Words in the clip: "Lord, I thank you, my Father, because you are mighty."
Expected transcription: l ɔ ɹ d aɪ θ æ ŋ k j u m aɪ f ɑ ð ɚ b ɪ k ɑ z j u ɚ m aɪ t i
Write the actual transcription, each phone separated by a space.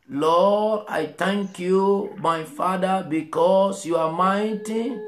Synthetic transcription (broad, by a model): l ɔ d aɪ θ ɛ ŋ k j u m aɪ f ɑ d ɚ b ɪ k ɑ s j u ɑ m aɪ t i